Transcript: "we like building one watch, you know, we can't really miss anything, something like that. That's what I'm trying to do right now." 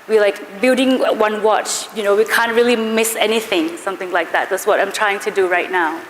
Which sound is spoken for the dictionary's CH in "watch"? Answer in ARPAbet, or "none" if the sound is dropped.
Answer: CH